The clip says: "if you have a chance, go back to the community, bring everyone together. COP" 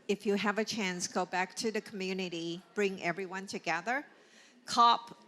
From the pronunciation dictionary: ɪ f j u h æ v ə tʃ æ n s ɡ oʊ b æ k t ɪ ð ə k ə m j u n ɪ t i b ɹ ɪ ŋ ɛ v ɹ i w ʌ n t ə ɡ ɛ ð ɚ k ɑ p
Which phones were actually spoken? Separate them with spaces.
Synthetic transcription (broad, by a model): ɪ f j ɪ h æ v ə tʃ æ n s ɡ oʊ b æ k t ɪ ð ə k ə m j u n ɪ t i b ɹ ɪ ŋ ɛ v ɹ i w ʌ n t ə ɡ ɛ ð ɚ k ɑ p